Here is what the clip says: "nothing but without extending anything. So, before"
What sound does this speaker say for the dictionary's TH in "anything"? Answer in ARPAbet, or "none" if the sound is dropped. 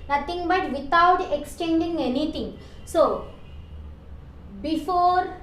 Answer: T